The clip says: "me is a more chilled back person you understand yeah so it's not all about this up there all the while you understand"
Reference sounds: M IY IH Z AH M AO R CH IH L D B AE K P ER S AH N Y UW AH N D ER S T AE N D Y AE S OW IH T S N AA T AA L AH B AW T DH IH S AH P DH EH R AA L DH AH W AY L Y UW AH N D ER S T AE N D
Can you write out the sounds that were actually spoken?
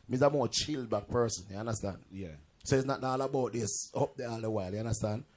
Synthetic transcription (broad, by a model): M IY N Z AH M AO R CH IH L D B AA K P ER S AH N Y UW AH N D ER S T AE N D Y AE S OW IH T S N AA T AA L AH B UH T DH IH S AH P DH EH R AA L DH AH W AY L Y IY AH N D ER S T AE N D